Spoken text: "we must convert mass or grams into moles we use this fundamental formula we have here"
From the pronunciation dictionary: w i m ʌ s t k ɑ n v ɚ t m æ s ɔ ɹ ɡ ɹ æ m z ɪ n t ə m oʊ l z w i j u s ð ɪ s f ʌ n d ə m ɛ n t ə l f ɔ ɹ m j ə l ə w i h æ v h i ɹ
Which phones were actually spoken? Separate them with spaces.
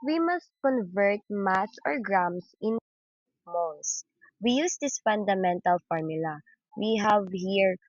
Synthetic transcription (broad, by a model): w i m ʌ s t k ɑ n v ɚ t m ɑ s ɔ ɹ ɡ ɹ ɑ m s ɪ n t m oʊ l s w i j u s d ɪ s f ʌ n d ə m ɛ n t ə l f ɔ ɹ m j ə l ə w i h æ v h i ɹ